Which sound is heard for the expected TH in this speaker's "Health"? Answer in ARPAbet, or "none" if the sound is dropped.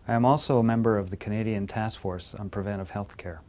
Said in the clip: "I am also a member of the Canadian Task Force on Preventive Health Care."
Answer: TH